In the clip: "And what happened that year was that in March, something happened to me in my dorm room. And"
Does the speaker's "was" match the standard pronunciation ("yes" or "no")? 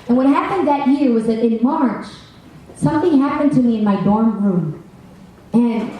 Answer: yes